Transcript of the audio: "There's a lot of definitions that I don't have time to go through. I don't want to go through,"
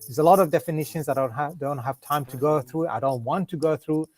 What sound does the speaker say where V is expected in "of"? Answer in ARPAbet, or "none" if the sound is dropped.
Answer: V